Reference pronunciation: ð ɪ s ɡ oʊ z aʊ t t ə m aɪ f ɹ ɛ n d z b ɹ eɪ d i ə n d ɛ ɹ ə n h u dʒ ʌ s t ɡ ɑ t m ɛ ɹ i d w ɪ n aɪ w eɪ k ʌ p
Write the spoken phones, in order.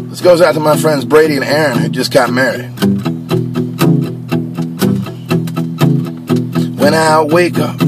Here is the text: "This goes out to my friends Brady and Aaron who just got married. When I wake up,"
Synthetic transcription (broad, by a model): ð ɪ s ɡ oʊ z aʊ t t ə m aɪ f ɹ ɛ n d z b ɹ eɪ d i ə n ɛ ɹ ə n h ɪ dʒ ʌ s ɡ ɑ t m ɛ ɹ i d w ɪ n aɪ w eɪ k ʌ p